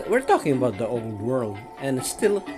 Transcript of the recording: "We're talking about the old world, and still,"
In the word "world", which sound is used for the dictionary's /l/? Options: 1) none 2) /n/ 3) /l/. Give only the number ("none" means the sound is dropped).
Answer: 3